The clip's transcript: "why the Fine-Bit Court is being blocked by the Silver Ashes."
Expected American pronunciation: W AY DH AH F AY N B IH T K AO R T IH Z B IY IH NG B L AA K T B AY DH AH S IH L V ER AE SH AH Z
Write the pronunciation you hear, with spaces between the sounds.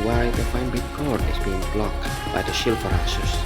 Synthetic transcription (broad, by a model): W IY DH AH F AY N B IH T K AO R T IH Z B IY IH NG B L AA K T B AY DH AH SH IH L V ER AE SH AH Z